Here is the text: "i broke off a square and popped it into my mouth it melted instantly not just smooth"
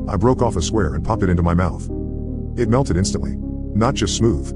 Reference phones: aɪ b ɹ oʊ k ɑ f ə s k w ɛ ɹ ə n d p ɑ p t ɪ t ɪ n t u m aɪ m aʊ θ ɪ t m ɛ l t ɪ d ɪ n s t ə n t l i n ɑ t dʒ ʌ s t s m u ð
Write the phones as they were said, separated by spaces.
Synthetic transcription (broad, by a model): aɪ b ɹ oʊ k ɑ f ə s k w ɛ ɹ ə n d p ɑ p t ɪ t ɪ n t u m aɪ m aʊ θ ɪ t m ɛ l t ɪ d ɪ n s t ə n t l i n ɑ t dʒ ʌ s t s m u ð